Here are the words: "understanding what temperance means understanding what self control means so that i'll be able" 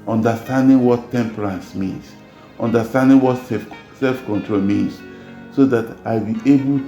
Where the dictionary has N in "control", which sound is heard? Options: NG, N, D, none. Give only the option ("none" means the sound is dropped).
N